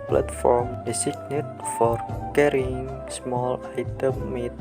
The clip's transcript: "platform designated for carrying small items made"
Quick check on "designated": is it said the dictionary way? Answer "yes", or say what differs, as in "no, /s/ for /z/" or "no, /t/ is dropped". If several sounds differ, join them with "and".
no, /s/ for /z/